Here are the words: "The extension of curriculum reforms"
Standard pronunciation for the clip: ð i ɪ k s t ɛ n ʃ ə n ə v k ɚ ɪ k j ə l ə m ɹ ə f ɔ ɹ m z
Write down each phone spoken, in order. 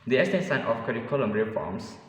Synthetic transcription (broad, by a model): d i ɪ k s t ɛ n s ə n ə f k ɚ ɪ k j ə l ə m ɹ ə f ɔ m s